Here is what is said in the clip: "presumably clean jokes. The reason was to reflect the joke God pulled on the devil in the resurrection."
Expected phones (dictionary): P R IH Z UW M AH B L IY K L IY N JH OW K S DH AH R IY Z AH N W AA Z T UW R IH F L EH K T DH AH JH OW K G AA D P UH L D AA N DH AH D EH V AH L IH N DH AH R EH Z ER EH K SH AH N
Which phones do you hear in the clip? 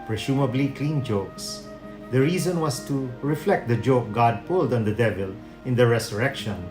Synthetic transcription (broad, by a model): P R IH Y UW M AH B L IY K L IY N JH OW K S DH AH R IY Z AH N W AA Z T UW R IH F L EH K T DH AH JH OW K G AA D P UH L D AA N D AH D EH V AH L IH N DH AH R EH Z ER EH K SH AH N